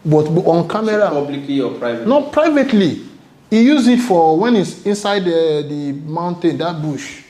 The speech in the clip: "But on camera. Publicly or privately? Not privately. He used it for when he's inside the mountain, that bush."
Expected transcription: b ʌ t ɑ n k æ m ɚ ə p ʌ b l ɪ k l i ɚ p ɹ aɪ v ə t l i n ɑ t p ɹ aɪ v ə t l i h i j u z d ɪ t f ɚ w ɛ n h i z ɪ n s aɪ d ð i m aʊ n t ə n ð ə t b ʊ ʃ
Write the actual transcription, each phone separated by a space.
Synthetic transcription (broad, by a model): b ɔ t ɑ n k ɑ m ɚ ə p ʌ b l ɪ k l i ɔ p ɹ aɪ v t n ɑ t p ɹ aɪ v ə t l i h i j u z ɪ t f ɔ w ɛ n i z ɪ n s aɪ d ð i m aʊ n t ə n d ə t b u ʃ